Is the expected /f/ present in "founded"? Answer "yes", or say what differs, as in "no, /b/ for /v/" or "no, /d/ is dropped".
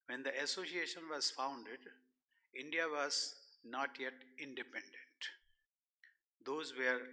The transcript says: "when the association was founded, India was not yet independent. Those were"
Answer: yes